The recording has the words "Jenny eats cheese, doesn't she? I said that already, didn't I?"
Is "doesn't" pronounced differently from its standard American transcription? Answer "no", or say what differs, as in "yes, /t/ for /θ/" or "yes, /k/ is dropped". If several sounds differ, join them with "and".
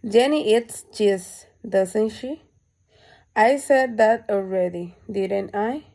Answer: yes, /s/ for /z/